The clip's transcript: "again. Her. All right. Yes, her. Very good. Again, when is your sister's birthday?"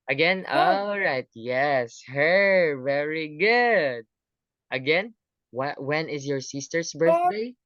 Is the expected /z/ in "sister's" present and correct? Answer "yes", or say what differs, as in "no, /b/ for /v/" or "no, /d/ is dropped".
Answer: no, /s/ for /z/